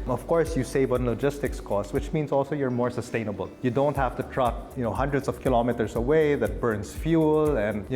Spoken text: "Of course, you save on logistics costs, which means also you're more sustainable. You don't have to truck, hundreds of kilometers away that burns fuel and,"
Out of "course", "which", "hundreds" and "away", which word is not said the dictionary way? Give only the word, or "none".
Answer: hundreds